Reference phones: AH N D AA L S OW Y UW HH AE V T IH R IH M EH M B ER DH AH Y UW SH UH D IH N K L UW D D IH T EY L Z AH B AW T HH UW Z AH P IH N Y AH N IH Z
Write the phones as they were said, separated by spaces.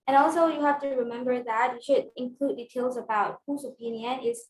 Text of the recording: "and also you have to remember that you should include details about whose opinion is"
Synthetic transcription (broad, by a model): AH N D AA L S OW Y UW HH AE F T IH R IH M EH M B ER DH AH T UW SH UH D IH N K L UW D D IH T EY L Z AH B AW T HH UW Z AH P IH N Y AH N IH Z